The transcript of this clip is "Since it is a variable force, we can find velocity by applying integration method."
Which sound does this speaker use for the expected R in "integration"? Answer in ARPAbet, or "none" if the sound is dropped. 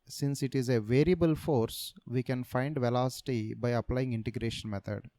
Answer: R